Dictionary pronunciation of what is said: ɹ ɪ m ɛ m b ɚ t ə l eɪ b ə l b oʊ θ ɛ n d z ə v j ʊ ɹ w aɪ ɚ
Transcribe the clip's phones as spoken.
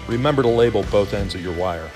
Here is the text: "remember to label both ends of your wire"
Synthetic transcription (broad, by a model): ɹ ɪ m ɛ m b ɚ t ə l eɪ b l b oʊ θ ɛ n d z ə v j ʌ ɹ w aɪ ɚ